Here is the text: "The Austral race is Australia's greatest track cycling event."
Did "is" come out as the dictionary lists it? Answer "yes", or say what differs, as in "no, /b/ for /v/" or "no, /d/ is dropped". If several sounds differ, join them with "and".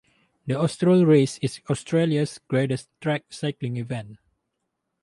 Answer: no, /s/ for /z/